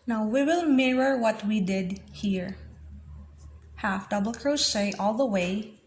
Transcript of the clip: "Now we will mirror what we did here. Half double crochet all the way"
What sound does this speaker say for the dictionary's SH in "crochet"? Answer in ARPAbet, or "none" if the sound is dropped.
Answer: S